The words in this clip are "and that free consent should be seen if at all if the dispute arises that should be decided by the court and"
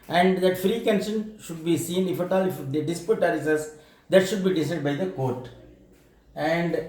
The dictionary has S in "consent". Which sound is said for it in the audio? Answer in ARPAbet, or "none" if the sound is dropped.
SH